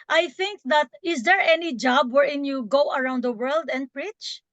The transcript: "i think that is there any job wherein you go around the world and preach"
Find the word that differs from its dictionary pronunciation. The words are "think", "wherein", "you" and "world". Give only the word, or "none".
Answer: none